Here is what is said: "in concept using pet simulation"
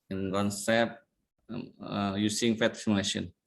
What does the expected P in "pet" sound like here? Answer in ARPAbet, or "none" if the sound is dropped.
F